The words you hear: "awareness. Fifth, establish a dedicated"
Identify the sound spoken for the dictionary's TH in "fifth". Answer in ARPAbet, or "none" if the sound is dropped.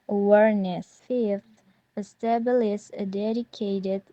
F